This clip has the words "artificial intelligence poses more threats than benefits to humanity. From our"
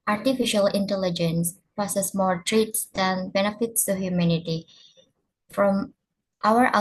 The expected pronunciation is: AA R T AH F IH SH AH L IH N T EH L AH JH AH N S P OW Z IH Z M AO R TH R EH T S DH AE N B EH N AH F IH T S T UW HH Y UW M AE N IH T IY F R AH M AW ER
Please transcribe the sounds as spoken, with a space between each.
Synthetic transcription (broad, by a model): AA R T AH F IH SH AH L IH N T EH L AH JH AH N S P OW S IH S M AO R T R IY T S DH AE N B EH N AH F IH T S T UW HH Y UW M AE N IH T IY F R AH M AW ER